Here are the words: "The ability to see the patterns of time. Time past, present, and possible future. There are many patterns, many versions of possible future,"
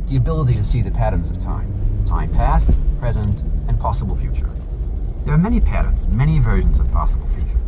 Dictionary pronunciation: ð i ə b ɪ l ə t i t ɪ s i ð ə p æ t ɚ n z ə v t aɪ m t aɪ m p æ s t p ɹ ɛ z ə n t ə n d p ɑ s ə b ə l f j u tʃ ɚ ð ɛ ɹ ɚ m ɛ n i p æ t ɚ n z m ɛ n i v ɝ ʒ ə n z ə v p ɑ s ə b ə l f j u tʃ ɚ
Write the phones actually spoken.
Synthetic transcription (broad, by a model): ð i ə b ɪ l ə t i t ɪ s i ð ə p æ t ɚ n z ə v t aɪ m t aɪ m p æ s t p ɹ ɛ z ə n t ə n p ɑ s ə b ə l f j u tʃ ɚ ð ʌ ɹ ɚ m ɛ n i p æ t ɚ n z m ɛ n i v ɝ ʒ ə n z ə v p ɑ s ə b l f j u tʃ ɚ